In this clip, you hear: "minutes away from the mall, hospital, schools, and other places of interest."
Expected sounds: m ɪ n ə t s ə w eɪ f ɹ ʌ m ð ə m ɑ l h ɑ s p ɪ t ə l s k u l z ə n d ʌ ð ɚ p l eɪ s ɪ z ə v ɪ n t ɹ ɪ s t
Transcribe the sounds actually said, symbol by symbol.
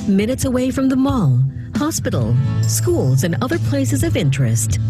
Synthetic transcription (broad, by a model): m ɪ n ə t s ə w eɪ f ɹ ʌ m ð ə m ɑ l h ɑ s p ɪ t l s k u l z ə n ʌ ð ɚ p l eɪ s ɪ z ə v ɪ n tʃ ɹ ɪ s t